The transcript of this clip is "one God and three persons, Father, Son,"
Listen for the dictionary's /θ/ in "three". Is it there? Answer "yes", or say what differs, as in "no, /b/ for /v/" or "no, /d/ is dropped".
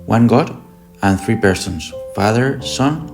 yes